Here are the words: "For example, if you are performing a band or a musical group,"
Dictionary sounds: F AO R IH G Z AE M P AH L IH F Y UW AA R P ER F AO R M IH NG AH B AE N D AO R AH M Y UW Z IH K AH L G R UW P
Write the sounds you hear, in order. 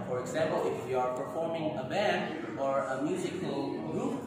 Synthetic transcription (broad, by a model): F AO R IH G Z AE M P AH L IH F Y UW AA R P ER F AO R M IH NG AH B AE N D AO R AH M Y UW Z IH K AH L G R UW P